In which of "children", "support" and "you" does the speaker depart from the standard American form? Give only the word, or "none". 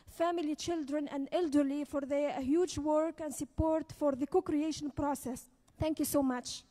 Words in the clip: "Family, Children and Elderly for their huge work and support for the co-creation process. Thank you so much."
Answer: none